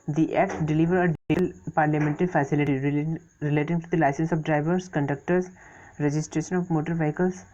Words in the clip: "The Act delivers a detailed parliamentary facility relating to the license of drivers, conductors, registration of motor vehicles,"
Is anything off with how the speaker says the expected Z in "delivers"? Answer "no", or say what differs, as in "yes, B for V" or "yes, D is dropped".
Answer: yes, Z is dropped